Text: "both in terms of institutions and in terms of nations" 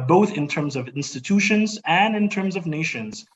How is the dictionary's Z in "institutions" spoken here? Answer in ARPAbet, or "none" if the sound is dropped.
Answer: Z